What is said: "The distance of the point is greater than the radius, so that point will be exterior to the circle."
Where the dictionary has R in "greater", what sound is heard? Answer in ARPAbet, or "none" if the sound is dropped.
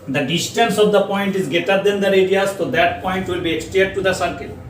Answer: none